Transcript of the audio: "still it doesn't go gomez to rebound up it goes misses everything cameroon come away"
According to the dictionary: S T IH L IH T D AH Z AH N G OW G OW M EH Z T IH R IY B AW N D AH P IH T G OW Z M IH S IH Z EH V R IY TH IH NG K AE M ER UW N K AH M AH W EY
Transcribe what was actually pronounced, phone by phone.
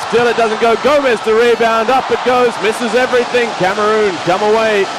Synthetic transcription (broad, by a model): S T IH L IH T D AH Z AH N G OW G OW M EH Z T IH R IY B AW N D AH P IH T G OW Z M IH S IH Z EH V R IY TH IH NG K AE M ER UW N K AH M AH W EY